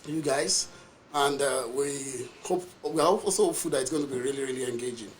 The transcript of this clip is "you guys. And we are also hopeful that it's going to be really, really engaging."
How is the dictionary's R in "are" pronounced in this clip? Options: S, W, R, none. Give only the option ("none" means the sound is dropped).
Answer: W